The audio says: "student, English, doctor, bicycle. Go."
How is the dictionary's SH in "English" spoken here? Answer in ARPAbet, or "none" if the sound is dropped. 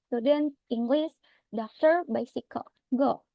S